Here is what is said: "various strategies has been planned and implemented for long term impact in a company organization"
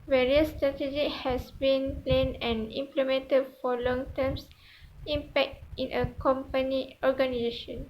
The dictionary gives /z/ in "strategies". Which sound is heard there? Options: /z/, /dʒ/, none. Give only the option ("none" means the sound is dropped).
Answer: none